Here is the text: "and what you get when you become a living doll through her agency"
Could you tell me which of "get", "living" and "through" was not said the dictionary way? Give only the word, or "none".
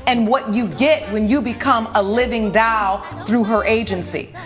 none